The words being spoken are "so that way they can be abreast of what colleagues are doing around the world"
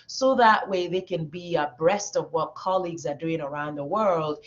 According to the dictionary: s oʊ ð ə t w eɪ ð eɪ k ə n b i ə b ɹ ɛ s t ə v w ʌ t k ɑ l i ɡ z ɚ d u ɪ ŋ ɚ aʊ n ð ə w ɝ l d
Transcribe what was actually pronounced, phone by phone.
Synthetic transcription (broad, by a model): s oʊ ð ə t w eɪ ð eɪ k ə n b i ə b ɹ ɛ s t ə v w ʌ t k ɑ l i ɡ z ɚ d u ɪ ŋ ɚ aʊ n ð ə w ɝ l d